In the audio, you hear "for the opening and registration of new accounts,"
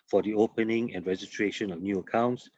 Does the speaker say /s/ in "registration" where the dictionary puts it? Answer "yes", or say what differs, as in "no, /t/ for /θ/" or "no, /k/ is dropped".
no, /s/ is dropped